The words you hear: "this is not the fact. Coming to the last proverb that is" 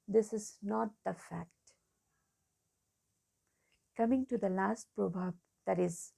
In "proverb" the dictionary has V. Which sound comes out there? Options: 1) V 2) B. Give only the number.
2